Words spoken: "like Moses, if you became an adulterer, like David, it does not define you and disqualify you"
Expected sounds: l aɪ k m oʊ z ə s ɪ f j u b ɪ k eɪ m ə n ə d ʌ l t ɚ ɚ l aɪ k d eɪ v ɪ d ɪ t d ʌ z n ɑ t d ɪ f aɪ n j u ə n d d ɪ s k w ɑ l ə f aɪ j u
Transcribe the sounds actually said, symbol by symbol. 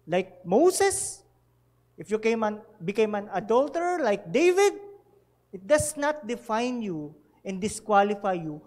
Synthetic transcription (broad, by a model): l aɪ k m oʊ s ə s ɪ f j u b ɪ k eɪ m ə n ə d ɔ l t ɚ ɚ l aɪ k d eɪ v ɪ d ɪ t d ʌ s n ɑ t d ɪ f aɪ n j u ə n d d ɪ s k w ɑ l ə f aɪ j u